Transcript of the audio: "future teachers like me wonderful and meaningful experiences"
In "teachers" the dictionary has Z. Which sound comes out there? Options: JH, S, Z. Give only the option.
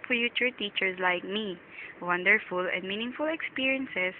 S